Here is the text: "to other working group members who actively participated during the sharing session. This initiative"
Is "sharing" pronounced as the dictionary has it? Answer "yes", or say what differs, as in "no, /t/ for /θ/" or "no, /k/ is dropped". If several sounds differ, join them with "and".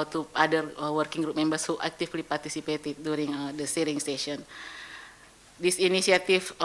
no, /s/ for /ʃ/